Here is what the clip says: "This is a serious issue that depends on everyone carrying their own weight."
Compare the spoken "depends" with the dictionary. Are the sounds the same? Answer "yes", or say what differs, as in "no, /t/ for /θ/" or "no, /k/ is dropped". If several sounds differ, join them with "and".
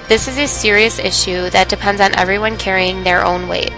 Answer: yes